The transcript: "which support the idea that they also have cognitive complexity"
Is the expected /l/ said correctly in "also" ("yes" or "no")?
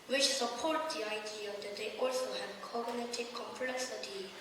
yes